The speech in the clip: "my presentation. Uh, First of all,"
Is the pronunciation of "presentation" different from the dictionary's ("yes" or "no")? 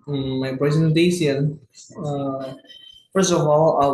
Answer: yes